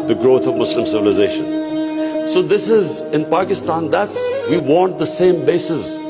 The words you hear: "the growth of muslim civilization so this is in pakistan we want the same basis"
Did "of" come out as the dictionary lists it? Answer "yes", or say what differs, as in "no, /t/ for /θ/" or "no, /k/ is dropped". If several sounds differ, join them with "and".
yes